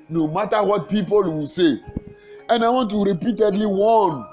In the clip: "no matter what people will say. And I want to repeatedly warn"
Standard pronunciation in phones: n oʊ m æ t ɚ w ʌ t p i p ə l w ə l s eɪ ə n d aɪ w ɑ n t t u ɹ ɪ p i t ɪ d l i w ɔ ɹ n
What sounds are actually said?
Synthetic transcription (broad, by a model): n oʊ m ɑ t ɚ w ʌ t p i p ə l w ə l s eɪ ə n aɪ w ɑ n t t u ɹ ɪ p i t ɪ d l i w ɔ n